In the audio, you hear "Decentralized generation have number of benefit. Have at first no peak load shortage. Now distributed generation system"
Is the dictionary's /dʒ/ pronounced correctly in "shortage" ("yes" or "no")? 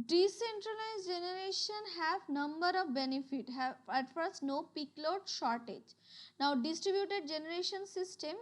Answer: yes